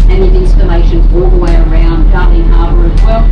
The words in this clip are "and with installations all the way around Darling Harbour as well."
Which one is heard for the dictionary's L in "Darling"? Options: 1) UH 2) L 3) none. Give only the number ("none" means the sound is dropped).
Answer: 3